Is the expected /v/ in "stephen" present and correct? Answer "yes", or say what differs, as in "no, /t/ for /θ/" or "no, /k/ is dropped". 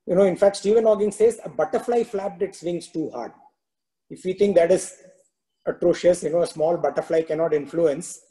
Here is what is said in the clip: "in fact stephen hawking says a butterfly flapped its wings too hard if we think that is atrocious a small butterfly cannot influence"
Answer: yes